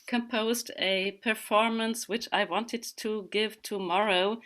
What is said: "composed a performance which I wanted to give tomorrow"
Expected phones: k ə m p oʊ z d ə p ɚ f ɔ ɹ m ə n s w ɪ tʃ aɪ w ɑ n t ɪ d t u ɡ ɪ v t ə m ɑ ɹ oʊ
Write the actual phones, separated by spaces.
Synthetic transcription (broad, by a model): k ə m p oʊ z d ə p ɚ f ɔ ɹ m ə n s w ɪ tʃ aɪ w ɑ n t ɪ d t u ɡ ɪ v t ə m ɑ ɹ oʊ